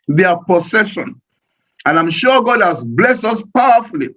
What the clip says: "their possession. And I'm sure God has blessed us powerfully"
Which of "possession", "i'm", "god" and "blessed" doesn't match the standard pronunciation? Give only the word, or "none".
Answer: possession